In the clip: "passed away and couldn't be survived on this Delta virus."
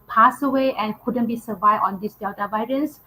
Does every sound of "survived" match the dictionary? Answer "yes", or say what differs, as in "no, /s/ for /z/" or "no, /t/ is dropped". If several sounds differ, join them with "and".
no, /d/ is dropped